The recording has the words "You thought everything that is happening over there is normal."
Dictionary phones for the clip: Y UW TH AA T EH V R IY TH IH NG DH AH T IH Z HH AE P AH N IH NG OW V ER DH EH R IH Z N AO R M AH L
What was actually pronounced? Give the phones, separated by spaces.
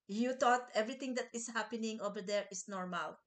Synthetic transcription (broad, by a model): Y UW T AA T EH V R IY T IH NG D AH T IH S HH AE P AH N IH NG OW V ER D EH R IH S N AO R M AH L